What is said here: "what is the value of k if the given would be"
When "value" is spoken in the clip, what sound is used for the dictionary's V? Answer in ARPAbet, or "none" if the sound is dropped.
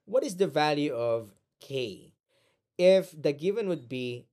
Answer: V